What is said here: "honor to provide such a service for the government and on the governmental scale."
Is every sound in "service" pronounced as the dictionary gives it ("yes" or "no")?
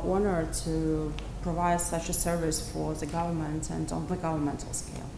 yes